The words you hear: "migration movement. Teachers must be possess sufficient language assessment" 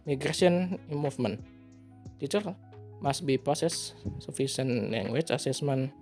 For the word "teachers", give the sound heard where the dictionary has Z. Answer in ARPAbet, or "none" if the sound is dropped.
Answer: none